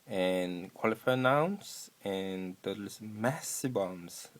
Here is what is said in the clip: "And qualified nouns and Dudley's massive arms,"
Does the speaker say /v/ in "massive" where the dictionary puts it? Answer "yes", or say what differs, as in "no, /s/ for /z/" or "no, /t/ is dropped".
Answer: no, /b/ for /v/